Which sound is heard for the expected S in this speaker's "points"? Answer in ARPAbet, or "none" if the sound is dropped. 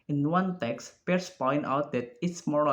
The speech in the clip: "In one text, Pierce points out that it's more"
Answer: none